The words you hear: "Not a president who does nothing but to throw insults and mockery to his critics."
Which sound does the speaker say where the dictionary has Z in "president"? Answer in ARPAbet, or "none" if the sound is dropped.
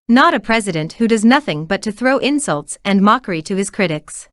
Z